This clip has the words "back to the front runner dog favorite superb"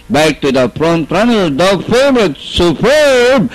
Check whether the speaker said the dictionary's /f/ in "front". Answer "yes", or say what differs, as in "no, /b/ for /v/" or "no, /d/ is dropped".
no, /p/ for /f/